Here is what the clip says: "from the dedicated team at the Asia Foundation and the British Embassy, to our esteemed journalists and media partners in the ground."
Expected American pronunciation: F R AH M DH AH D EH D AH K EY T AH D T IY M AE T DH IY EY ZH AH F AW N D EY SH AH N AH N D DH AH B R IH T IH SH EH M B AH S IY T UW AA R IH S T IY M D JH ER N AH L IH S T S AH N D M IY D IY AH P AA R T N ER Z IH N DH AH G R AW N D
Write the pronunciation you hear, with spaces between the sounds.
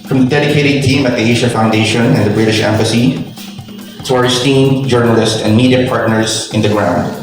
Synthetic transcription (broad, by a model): F R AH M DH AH D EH D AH K EY T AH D T IY M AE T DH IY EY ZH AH F AW N D EY SH AH N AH N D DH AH B R IH T IH SH EH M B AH S IY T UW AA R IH S T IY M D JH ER N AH L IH S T AH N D M IY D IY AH P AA R T N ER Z IH N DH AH G R AW N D